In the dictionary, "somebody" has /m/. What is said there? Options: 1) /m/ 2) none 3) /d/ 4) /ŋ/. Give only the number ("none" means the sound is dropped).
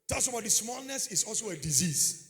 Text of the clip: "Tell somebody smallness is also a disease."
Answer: 2